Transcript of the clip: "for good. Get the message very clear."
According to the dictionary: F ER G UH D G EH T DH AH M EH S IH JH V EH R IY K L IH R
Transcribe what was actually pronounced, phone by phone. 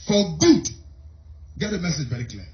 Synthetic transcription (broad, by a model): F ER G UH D G EH T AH M EH S IH JH V EH R IY K L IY